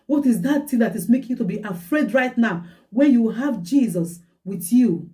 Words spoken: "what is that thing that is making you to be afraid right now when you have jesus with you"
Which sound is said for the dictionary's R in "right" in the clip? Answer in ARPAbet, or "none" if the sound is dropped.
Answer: R